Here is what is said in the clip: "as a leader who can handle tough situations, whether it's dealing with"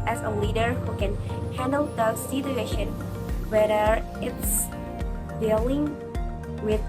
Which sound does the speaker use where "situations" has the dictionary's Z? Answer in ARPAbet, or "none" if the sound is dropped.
none